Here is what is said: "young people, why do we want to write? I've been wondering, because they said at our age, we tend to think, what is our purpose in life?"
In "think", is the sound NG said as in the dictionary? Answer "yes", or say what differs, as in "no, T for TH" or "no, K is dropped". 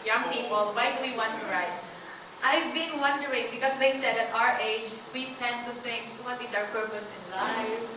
yes